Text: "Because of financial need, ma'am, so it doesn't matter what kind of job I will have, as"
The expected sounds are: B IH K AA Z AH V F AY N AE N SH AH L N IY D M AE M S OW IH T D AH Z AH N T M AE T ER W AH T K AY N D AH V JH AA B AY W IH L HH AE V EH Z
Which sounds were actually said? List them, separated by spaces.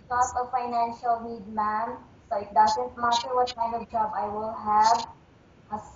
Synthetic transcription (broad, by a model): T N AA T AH F AY N AE N SH AH L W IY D M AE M S OW IH T D AH Z AH N T M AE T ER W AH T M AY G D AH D JH AA B AY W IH L HH AE V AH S